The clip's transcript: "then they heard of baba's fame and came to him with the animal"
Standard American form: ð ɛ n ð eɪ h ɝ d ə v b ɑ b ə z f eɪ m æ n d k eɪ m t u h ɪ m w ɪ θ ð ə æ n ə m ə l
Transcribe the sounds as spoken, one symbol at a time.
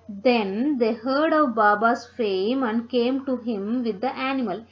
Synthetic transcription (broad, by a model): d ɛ n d eɪ h ɝ d ə v b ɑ b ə s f eɪ m æ n d k eɪ m t u h ɪ m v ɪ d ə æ n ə m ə l